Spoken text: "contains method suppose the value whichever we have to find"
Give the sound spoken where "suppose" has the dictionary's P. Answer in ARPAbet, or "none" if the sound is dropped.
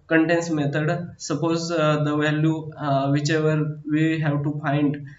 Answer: P